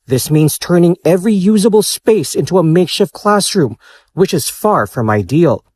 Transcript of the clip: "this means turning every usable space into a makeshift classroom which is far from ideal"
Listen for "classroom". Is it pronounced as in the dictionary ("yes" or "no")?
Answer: yes